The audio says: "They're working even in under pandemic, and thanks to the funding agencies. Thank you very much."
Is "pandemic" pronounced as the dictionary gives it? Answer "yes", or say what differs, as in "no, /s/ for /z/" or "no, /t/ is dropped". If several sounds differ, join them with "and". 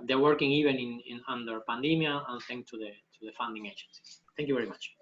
no, /k/ is dropped